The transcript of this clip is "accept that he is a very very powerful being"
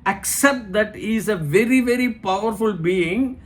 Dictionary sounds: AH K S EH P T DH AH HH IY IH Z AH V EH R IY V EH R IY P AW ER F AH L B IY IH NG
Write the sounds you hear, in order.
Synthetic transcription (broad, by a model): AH K S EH P T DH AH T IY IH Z AH V EH R IY V EH R IY P AW ER F AH L B IY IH NG